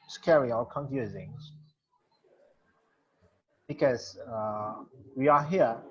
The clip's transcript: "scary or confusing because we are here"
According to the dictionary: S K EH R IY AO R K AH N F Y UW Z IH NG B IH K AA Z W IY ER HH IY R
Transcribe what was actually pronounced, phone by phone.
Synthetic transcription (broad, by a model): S K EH R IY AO L K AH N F Y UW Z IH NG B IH K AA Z W IY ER HH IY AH